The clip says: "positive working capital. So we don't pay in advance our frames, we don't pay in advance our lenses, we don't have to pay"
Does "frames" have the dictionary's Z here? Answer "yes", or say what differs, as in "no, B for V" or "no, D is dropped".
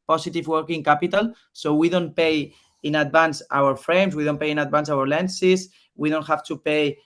no, S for Z